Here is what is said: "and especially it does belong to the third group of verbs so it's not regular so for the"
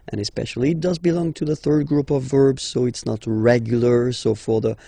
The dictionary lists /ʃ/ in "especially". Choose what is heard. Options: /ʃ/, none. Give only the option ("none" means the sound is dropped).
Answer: /ʃ/